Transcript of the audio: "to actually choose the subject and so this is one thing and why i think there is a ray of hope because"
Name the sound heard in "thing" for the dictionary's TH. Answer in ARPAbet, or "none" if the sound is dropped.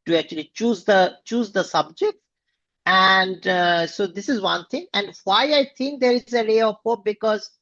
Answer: T